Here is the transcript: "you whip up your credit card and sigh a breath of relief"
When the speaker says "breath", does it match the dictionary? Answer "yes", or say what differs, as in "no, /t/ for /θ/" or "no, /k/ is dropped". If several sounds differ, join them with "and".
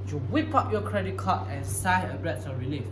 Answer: no, /s/ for /θ/